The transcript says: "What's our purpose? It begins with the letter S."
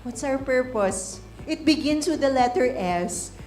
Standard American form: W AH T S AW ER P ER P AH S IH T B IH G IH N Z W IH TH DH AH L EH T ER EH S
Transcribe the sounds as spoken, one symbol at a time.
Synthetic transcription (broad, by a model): W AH T S AW ER P ER P AH S IH T B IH G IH N S W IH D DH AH L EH T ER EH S